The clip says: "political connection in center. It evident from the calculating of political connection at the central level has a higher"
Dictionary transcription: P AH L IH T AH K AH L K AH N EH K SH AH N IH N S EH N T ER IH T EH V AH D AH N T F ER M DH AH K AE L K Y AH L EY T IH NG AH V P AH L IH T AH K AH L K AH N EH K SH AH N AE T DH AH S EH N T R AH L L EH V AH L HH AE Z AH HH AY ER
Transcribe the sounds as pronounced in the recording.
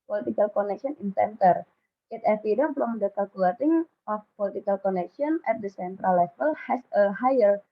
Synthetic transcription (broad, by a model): P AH L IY T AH K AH L K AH N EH K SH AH N IH N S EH N T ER IH T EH F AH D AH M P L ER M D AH K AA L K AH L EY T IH NG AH F P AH L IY T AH K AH L K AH N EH K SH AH N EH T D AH S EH N T R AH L L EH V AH L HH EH S AH HH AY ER